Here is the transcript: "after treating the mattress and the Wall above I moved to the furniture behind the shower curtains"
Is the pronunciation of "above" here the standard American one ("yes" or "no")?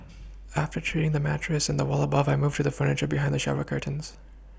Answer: yes